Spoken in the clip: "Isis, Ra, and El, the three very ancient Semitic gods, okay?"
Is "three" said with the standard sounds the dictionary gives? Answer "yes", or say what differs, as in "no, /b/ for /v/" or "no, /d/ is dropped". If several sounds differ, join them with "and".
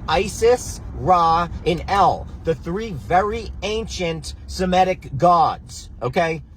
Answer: yes